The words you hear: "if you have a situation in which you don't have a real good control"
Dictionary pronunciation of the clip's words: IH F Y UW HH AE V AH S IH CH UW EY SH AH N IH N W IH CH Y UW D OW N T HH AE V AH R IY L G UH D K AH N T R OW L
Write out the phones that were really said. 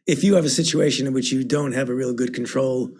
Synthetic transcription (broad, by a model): IH F Y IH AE V AH S IH CH UW EY SH AH N IH N W IH CH Y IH D OW N T HH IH V AH R IY L G UH D K N T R OW L